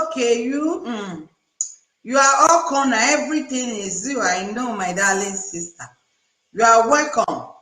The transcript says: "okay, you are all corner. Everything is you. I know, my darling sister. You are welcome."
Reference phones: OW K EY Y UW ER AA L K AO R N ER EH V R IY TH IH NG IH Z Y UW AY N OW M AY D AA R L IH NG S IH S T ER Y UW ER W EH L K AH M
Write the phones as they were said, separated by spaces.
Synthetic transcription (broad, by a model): K EY Y UW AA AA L K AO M N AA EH V R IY T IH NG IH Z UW AY N OW M AY D AA L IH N S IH S T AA Y UW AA W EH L K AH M